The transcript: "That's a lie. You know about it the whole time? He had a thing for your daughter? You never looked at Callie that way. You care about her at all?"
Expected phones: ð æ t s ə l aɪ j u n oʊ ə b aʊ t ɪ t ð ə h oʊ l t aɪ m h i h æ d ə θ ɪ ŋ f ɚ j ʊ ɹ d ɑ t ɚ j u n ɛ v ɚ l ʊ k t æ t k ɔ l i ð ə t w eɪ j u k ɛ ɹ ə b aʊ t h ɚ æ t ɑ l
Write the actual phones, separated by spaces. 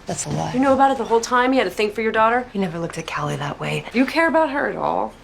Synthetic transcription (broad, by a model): ð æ t s ə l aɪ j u n oʊ ə b aʊ t ɪ t ð ə h oʊ l t aɪ m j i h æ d ə θ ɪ ŋ f ɚ j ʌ ɹ d ɑ t ɚ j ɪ n ɛ v ɚ l ʊ k t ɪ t k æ l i ð ə t w eɪ j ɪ k ɛ ɹ ə b aʊ t h ɚ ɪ t ɑ l